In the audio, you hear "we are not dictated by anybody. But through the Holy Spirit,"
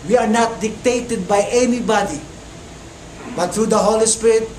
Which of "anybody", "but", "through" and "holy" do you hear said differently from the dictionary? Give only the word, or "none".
through